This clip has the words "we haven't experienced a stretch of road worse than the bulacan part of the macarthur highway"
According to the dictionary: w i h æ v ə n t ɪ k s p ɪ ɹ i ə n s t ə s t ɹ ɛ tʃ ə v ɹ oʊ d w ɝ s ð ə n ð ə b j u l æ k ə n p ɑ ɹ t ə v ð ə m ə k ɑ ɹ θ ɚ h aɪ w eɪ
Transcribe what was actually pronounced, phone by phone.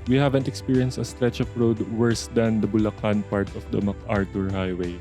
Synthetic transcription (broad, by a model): w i h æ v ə n t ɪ k s p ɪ ɹ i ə n s t ə s t ɹ ɛ tʃ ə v ɹ oʊ d w ɝ s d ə n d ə b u l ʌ k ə n p ɑ ɹ t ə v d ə m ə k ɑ ɹ t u h aɪ w eɪ